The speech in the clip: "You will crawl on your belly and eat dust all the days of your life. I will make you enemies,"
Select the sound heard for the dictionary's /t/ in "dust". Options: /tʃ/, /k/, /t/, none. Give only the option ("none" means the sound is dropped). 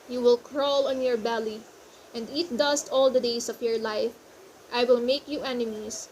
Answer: /t/